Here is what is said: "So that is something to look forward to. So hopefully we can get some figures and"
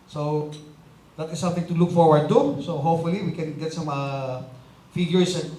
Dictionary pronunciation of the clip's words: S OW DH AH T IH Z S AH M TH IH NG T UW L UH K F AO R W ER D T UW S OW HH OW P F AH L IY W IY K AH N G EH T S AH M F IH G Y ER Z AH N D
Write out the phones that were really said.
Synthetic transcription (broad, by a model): S OW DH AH T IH S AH M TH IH NG T UW L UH K F AO R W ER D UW S OW HH OW P F AH L IY W IY K AH N G EH T S AH M F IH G Y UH S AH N